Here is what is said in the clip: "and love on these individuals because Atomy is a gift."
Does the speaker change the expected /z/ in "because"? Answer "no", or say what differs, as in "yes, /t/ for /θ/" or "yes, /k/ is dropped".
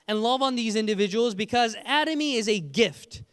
no